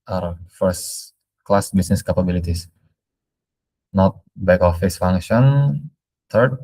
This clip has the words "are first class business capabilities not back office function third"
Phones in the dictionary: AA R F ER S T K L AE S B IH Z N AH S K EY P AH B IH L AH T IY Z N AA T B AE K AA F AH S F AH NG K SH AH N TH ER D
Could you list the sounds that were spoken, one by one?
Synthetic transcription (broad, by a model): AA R F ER S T K L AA S B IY S N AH S K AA P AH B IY L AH T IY S N AA T B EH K AA F AH S F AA NG K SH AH N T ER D